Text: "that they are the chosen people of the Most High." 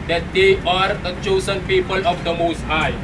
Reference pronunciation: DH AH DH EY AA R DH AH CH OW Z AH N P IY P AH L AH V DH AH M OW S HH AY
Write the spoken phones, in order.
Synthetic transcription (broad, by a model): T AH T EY AA R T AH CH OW S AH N P IY P AH L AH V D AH M OW S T AY